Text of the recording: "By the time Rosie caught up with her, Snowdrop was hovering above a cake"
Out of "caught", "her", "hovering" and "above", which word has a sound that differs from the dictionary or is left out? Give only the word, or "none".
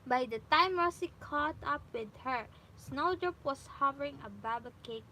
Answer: above